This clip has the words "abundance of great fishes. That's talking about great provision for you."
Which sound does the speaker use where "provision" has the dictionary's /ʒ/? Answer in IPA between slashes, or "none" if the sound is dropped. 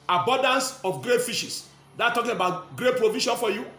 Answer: /ʃ/